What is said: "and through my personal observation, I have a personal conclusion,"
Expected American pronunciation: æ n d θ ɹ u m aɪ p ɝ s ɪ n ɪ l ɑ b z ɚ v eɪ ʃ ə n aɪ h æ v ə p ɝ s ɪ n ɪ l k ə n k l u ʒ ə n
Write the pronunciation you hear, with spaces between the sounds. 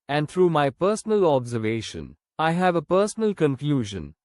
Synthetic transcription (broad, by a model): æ n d t ɹ u m aɪ p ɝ s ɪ n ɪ l ɑ b z ɚ v eɪ ʃ ə n aɪ h æ v ə p ɝ s ɪ n ɪ l k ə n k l u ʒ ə n